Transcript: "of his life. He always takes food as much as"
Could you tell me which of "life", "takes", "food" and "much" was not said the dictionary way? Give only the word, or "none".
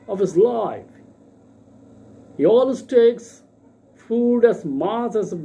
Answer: much